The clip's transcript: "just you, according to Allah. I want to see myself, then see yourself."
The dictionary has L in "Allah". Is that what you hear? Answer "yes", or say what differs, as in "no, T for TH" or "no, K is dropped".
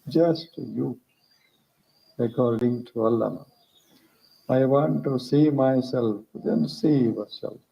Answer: no, N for L